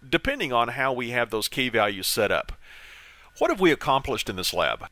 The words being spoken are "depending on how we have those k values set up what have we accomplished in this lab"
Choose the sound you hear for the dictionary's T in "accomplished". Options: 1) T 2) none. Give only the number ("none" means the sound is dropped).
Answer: 1